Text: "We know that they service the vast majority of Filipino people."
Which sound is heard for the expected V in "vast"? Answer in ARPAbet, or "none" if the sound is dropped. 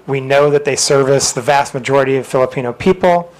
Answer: V